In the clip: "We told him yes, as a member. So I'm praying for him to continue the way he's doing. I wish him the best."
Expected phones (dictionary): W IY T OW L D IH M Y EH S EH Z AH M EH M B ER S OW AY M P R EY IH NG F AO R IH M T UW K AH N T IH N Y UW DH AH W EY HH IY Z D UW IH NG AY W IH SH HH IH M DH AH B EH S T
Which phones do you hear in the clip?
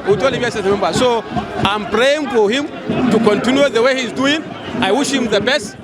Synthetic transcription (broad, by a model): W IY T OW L IH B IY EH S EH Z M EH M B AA S OW AY M P R EY IH NG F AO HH IH M T UW K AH N T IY N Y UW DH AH W EY HH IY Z D UW IH NG AY W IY SH HH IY M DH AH B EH S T